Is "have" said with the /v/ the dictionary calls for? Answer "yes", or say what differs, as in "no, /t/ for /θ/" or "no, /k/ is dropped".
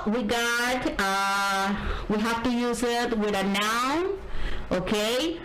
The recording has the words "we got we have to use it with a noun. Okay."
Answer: no, /f/ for /v/